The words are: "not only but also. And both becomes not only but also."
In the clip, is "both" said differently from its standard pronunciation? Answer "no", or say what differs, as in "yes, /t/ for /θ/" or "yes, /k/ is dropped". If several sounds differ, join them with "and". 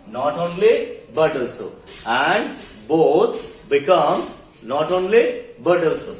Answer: yes, /t/ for /θ/